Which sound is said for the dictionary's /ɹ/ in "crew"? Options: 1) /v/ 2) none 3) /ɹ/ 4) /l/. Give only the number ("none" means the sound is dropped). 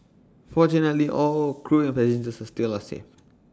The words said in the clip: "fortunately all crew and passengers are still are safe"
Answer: 3